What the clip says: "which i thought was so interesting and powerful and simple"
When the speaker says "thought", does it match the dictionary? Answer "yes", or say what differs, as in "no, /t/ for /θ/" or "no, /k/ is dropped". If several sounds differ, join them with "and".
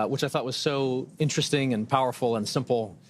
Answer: yes